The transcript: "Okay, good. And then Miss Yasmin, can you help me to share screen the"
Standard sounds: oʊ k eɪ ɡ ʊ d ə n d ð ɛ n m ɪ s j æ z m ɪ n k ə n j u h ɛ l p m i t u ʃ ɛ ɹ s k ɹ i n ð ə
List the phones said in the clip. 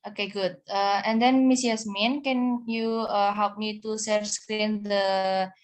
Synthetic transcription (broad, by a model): oʊ k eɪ ɡ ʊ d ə n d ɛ n m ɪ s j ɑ s m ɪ n k ə n j u h ɛ l p m i t u s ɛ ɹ s k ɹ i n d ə